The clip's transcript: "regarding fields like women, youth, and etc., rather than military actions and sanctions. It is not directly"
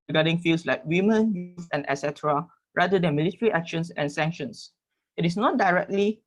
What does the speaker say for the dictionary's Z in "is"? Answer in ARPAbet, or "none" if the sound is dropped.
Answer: S